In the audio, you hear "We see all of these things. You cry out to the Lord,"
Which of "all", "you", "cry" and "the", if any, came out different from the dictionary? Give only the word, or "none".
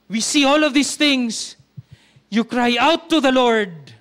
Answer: none